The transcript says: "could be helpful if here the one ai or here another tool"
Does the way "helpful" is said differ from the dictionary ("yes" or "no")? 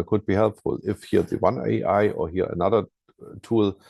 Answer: yes